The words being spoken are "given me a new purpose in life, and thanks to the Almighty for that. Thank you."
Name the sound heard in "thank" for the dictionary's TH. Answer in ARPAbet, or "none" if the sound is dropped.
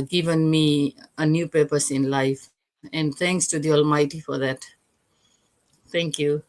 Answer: T